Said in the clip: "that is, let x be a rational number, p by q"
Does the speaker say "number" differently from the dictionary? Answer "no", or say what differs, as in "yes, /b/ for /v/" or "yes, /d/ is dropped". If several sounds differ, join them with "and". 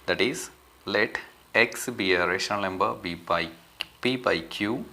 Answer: yes, /m/ is dropped